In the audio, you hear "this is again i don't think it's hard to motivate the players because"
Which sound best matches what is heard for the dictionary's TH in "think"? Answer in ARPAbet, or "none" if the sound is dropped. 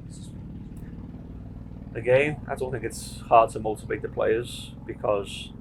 TH